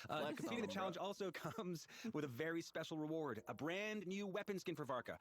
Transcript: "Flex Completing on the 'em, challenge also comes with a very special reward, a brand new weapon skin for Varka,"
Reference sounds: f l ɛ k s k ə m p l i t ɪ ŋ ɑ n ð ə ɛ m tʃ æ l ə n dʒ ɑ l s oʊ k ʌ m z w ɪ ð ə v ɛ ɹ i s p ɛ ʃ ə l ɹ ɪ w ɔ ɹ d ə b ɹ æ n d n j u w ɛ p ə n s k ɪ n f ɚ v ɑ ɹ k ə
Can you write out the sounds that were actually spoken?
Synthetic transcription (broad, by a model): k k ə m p i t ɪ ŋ ð ə tʃ æ l ə n dʒ ɑ l s oʊ k ʌ m z w ɪ ð ə v ɛ ɹ i s p ɛ ʃ l ɹ ɪ w ɔ ɹ d ə b ɹ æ n n j u w ɛ p ə n s k ɪ n f ɚ v ɑ ɹ k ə